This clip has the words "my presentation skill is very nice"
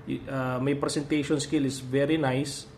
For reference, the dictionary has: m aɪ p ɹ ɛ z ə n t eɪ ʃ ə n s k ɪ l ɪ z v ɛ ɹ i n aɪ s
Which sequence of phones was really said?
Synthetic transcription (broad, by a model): m aɪ p ɹ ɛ s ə n t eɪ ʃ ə n s k ɪ l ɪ s v ɛ ɹ i n aɪ s